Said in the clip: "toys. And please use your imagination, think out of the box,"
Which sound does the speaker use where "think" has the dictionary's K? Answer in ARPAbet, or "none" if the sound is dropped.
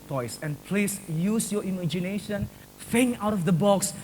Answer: none